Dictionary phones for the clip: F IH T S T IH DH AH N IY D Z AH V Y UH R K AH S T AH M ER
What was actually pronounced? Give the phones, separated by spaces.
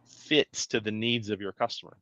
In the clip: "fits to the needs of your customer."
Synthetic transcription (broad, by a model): F IH T S T IH DH AH N IY D Z AH V Y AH R K AH S T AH M ER